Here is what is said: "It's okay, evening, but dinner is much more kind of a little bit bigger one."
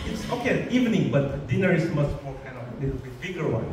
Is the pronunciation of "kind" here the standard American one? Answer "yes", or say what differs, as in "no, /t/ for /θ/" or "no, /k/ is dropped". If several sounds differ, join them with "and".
no, /d/ is dropped